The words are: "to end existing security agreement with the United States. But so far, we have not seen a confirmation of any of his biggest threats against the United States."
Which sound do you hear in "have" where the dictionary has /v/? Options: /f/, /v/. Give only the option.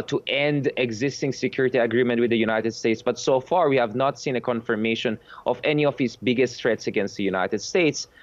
/v/